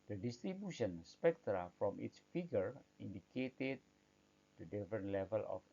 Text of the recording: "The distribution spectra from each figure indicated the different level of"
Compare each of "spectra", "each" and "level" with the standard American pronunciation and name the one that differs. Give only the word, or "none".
each